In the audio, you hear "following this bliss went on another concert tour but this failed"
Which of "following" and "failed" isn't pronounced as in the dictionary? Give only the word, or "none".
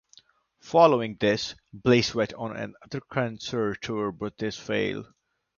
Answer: failed